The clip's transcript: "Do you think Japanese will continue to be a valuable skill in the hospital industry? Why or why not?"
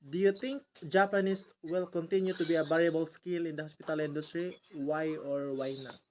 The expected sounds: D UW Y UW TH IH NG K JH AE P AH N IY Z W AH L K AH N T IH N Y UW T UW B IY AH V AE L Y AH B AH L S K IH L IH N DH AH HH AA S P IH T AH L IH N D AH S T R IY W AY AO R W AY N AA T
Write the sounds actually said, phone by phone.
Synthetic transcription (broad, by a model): D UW Y UW T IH NG K JH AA P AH N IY S W AH L K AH N T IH N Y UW T UW B IY AH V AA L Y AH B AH L S K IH L IH N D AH HH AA S P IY T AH L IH N D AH S T R IY W AY AO R W AY N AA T